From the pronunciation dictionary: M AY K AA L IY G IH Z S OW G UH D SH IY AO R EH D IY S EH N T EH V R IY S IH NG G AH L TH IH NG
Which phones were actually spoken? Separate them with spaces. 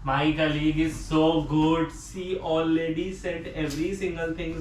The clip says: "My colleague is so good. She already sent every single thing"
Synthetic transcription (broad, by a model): M AY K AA L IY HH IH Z S OW G UH D S IY AO L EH D IY S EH T EH V R IY S IH NG G AH L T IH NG